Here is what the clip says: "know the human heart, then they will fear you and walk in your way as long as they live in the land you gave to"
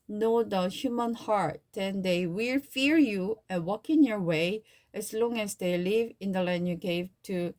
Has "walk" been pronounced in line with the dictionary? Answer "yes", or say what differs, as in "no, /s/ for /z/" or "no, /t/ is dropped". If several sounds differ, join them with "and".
yes